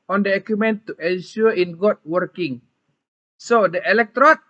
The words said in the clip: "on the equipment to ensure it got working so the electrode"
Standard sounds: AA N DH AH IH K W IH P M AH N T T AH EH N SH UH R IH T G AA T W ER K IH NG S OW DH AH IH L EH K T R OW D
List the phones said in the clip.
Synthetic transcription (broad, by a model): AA N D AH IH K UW M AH N T T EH N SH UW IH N G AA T W ER K IH NG S OW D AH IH L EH K T R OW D